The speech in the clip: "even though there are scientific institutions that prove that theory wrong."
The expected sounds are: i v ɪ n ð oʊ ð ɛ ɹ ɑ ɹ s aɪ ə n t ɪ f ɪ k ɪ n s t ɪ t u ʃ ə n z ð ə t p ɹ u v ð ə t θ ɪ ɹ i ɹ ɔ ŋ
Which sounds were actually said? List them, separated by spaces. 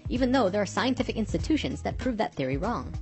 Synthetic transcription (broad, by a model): i v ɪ n ð oʊ ð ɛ ɹ ɑ ɹ s aɪ ə n t ɪ f ɪ k ɪ n s t ɪ t u ʃ ə n z ð ə t p ɹ u v ð ə t θ ɪ ɹ i ɹ ɔ ŋ